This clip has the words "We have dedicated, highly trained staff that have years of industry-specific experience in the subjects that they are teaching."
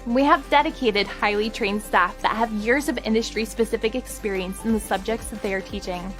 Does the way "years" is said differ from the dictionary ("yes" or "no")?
no